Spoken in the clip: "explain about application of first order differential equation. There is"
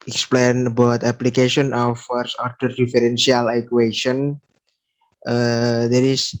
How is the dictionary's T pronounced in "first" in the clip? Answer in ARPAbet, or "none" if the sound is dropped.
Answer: none